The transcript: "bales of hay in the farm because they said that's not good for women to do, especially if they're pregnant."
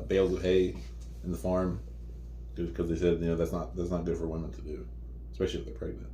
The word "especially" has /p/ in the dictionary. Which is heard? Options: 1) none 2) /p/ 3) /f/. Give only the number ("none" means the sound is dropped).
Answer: 2